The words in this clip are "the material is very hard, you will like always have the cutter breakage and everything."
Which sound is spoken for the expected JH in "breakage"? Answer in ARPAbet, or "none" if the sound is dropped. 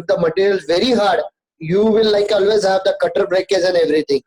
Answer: Z